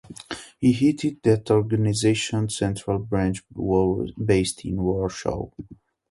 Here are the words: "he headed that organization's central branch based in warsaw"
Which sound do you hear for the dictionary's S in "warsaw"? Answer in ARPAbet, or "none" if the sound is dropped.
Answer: SH